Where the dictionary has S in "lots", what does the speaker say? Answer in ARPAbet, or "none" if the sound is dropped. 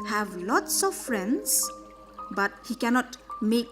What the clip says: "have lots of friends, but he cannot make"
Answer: S